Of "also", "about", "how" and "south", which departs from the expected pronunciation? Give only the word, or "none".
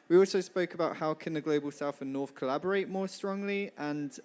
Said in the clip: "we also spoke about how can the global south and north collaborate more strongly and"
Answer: south